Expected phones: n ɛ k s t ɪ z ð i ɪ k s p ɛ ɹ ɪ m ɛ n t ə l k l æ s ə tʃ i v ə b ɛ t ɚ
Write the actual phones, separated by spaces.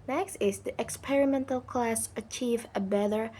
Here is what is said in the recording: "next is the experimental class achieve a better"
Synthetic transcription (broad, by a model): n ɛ k s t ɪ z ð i ɪ k s p ɛ ɹ ɪ m ɛ n t ə l k l æ s ə tʃ i v ə b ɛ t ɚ